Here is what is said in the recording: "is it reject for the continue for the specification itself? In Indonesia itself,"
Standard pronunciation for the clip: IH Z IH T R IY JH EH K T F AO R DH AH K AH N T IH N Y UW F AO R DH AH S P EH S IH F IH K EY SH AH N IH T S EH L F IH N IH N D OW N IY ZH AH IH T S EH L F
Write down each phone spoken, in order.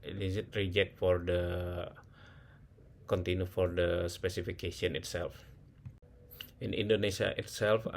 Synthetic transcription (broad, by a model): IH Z IH T R IY JH EH K T F AO R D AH K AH N T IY N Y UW F AO R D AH S P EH S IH F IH K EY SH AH N IH T S EH L F IH N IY N D OW N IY SH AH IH T S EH L F